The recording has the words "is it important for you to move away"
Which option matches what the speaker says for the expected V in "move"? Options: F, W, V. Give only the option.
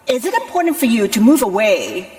V